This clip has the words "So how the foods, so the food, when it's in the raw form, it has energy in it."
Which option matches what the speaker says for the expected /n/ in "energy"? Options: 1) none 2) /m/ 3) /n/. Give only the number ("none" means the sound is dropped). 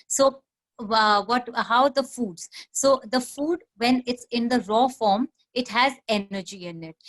1